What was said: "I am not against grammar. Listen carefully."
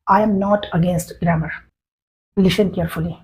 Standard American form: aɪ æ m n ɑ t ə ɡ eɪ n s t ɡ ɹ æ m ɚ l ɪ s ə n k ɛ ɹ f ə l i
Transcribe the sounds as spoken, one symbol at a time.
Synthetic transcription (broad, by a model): aɪ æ m n ɑ t ə ɡ eɪ n s t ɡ ɹ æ m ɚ l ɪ ʃ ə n k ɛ ɹ f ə l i